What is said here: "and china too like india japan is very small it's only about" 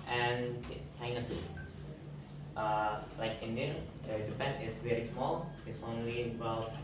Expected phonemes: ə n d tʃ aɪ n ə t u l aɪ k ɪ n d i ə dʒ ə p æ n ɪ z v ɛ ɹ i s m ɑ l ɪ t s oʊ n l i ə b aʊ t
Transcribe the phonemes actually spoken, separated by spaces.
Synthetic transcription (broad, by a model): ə n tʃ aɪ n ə s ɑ l aɪ k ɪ n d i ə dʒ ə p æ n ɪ s v ɛ ɹ i s m ɑ l ɪ t s oʊ n l i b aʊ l